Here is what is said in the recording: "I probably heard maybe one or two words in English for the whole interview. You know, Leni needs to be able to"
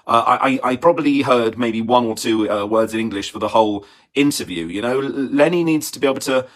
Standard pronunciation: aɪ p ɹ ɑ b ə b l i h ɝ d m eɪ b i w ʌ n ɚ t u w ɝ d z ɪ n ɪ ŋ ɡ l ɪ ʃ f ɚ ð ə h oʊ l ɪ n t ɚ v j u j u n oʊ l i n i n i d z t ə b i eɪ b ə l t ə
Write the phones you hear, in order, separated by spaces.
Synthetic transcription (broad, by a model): aɪ p ɹ ɑ b ə b l i h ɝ d m eɪ b i w ʌ n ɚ t u w ɝ d z ɪ n ɪ ŋ ɡ l ɪ ʃ f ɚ ð ə h oʊ l ɪ n t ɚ v j u j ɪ n oʊ l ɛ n i n i d z t ə b i eɪ b l t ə